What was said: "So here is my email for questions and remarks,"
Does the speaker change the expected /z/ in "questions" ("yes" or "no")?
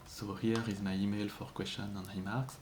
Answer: yes